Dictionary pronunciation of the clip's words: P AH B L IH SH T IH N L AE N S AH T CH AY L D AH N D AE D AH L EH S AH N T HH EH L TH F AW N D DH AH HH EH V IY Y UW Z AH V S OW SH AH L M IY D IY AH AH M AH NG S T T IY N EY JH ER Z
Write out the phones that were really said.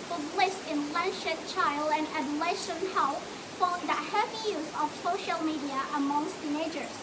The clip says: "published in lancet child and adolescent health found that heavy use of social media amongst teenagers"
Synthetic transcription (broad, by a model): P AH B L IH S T IH N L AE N SH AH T CH AY L D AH N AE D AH L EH SH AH N HH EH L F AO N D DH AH HH EH V IY Y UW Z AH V S OW SH AH L M IY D IY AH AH M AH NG S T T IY N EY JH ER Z